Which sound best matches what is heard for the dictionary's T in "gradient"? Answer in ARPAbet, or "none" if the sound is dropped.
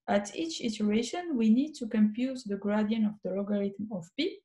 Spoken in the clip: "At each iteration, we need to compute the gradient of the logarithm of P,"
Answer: none